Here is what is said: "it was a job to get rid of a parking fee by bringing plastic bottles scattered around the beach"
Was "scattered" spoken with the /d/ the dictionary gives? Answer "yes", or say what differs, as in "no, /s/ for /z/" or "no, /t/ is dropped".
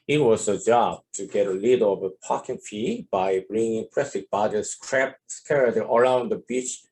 no, /d/ is dropped